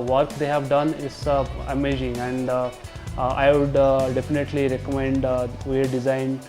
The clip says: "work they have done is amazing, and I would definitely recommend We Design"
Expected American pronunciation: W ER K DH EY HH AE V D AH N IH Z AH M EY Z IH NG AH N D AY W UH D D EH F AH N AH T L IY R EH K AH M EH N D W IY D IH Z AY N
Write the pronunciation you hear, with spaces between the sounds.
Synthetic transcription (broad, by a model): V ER K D EY HH AE V D AH N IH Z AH M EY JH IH NG AH N D AY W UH D D EH F AH N AH T L IY R EH K AH M EH N D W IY D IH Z AY N